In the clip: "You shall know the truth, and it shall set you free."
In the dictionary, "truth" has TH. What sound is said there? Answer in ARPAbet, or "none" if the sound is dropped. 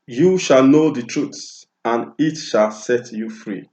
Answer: S